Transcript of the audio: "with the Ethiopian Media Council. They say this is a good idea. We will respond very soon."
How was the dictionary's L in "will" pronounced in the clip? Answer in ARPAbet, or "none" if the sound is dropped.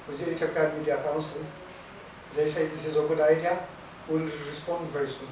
N